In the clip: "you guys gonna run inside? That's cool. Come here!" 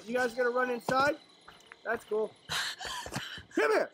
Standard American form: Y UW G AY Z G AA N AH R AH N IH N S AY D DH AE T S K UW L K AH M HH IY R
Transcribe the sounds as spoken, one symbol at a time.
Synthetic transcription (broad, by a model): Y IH G AY Z G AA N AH R AH N IH N S AY D DH AE T S K UW L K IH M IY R